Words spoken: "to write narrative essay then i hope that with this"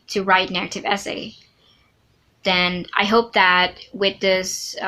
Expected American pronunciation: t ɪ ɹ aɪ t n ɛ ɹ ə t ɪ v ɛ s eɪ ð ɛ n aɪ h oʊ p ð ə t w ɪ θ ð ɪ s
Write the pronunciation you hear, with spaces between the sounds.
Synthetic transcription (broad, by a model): t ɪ ɹ aɪ t n ɛ ɹ ə t ɪ v ɛ s eɪ ð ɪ n aɪ h oʊ p ð ə t w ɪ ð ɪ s